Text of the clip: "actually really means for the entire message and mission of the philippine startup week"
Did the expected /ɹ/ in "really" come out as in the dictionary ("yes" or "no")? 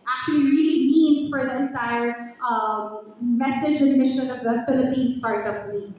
no